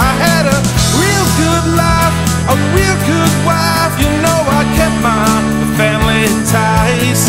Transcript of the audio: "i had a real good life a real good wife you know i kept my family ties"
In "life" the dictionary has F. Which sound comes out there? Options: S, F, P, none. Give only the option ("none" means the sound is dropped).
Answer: F